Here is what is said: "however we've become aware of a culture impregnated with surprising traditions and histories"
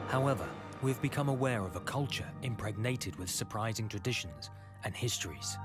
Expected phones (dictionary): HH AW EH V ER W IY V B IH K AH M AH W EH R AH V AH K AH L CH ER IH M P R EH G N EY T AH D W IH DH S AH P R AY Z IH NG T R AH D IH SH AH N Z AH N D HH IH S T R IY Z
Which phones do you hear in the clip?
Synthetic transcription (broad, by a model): HH AW EH V ER W IY V B IH K AH M AH W EH R AH V AH K AH L CH ER IH M P R EH G N EY T AH D W IH DH S AH P R AY Z IH NG T R AH D IH SH AH N Z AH N HH IH S T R IY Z